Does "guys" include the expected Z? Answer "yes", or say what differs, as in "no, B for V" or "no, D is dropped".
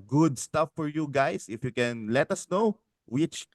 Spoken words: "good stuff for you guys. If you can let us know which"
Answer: no, S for Z